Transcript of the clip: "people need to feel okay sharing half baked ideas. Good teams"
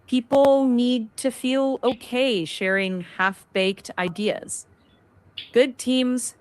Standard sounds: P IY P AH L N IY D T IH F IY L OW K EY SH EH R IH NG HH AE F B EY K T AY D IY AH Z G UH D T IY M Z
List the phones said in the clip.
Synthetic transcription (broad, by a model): P IY P L N IY D T IH F IY L OW K EY SH EH R IH NG HH AE F B EY K T AY D IY AH Z G UH D T IY M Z